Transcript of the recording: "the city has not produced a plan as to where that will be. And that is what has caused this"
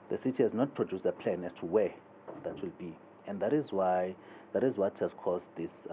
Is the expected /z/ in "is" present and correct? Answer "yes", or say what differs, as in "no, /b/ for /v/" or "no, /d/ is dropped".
yes